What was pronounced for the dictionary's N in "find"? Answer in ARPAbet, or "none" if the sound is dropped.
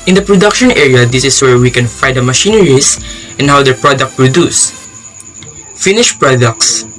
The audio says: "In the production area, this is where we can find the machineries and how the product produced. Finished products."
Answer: none